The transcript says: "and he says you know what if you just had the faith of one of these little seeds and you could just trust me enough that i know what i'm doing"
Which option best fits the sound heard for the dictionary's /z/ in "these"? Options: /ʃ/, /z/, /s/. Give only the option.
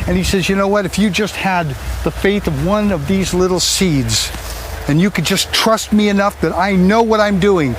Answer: /z/